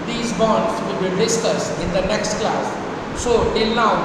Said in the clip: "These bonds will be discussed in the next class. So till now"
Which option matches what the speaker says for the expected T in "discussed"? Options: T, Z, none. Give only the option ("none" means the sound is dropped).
none